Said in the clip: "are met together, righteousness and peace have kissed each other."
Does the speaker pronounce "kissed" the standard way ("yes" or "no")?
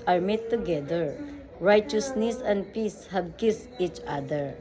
no